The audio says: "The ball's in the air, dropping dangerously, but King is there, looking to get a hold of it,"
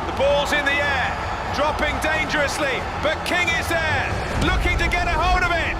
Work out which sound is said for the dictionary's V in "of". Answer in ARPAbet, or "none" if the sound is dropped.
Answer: V